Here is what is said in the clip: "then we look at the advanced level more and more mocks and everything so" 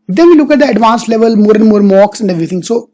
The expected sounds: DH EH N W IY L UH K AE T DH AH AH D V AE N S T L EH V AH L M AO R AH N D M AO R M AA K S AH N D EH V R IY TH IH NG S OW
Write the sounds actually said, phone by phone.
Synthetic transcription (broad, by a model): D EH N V IY L UH K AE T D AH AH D V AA N S L EH V AH L M AO R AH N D M AO R M AA K S AH N D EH V R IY T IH NG S OW